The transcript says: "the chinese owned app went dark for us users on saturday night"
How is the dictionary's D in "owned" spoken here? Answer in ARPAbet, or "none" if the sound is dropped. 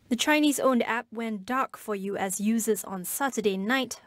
D